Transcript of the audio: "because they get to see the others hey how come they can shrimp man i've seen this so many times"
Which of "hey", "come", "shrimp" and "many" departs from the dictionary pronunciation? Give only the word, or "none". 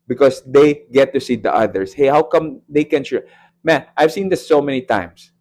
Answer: shrimp